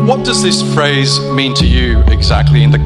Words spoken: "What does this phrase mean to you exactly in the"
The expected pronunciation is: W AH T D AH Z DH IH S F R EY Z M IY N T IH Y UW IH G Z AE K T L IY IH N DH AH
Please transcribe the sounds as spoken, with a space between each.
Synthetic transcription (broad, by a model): W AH T D AH Z DH IH S F R EY Z M IY N T IH Y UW IH G Z AE K T L IY IH N DH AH